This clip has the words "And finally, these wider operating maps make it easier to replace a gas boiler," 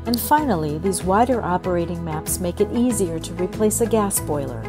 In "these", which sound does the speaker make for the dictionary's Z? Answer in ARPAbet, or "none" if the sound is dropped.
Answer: Z